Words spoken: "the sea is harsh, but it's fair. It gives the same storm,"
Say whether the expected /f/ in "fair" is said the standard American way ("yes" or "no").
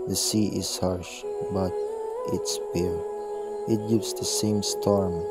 no